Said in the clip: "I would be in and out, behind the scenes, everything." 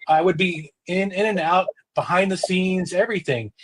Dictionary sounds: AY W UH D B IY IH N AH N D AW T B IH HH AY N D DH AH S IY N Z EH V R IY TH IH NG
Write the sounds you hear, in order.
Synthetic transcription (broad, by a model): AY W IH D B IY IH N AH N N AW T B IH HH AY N DH AH S IY N Z EH V R IY TH IH NG